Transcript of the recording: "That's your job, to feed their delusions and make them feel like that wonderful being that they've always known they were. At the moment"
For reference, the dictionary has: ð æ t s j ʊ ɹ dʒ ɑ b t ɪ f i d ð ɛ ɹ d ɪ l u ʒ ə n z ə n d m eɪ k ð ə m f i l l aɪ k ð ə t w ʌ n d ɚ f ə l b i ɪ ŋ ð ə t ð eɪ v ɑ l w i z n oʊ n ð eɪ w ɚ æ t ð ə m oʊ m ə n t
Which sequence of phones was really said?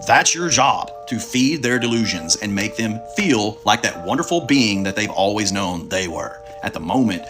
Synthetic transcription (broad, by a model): ð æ t s j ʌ ɹ dʒ ɑ b t ɪ f i d ð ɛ ɹ d ɪ l u ʒ ə n z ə n m eɪ k ð ə m f i l l aɪ k ð ə t w ʌ n d ɚ f l b i ɪ ŋ ð ə t ð eɪ v ɑ l w i z n oʊ n ð eɪ w ɚ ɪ t ð ə m oʊ m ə n t